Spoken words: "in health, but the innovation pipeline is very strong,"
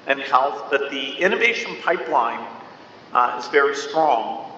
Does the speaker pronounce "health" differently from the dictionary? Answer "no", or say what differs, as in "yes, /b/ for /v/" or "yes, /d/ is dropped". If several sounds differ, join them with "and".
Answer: no